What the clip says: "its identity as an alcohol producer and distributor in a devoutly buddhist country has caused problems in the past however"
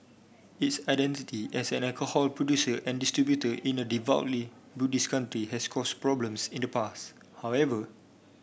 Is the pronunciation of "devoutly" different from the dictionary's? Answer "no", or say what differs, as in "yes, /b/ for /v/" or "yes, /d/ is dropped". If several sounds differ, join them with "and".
no